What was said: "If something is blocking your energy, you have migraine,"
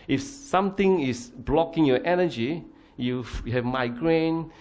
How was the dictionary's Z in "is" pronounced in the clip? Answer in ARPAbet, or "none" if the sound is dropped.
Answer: S